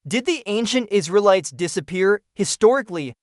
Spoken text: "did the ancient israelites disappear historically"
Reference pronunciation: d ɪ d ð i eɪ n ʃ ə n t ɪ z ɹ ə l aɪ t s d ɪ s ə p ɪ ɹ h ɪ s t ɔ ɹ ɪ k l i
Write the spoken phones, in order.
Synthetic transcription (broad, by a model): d ɪ d ð i eɪ n ʃ ə n t ɪ z ɹ ə l aɪ t s d ɪ s ə p ɪ ɹ h ɪ s t ɔ ɹ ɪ k l i